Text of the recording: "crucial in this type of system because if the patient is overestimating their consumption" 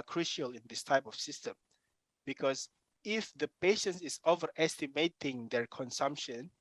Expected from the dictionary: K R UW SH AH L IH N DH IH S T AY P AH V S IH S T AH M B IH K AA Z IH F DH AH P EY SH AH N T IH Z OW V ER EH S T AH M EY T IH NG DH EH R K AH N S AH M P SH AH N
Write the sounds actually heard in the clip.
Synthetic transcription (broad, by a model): K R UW SH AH L IH N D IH S T AY P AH F S IH S T AH M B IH K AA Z IH F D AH P EY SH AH N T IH S OW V ER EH S T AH M EY T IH NG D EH R K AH N S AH M P SH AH N